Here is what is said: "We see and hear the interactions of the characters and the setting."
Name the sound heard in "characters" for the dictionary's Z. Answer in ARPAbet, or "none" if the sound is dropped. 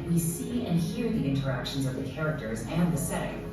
Z